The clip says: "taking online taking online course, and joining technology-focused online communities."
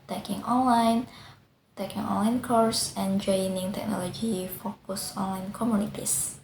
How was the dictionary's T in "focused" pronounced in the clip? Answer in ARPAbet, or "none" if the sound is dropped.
none